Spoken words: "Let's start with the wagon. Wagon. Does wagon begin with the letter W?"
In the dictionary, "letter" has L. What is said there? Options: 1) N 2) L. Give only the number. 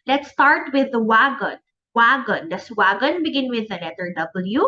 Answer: 1